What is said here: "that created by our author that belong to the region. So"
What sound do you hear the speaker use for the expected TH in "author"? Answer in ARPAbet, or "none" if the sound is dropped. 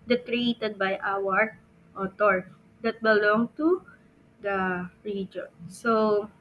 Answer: T